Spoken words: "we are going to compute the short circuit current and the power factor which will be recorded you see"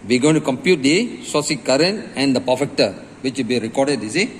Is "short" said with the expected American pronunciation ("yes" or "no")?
no